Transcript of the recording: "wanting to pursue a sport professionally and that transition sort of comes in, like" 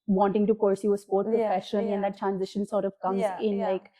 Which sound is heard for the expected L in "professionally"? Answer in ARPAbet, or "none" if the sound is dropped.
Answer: N